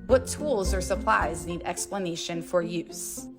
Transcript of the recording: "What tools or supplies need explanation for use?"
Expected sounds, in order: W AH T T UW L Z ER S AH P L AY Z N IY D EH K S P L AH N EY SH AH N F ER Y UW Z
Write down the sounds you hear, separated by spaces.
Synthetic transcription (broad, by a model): W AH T T UW L Z ER S AH P L AY Z N IY D EH K S P L AH N EY SH AH N F ER Y UW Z